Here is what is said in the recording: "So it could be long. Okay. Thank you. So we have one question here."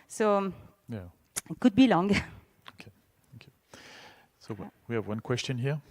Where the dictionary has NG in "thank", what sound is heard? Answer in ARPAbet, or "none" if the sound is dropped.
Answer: none